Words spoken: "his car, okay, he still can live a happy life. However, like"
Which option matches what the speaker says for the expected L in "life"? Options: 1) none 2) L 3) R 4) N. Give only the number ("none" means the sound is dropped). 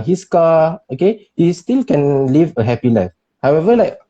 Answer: 4